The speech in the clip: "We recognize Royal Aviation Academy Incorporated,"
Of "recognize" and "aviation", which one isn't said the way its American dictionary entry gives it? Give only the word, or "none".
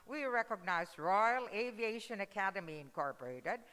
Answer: none